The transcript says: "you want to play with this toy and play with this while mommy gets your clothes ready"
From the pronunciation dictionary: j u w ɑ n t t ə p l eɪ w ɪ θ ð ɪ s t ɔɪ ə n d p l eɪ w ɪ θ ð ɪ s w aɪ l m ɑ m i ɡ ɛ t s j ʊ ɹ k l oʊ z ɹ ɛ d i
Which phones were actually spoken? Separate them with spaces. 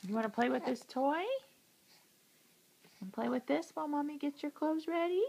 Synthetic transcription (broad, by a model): j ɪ w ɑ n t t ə p l eɪ w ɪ ð ɪ s t ɔɪ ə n p l eɪ w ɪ ð ɪ s w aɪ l m ɑ m i ɡ ɛ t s j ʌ ɹ k l oʊ z ɹ ɛ d i